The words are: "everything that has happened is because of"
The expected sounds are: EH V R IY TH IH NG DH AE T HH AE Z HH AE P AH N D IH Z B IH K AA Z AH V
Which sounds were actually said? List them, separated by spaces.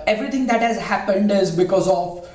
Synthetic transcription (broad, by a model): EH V R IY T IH NG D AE T HH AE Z HH AE P AH N D IH Z B IH K AA Z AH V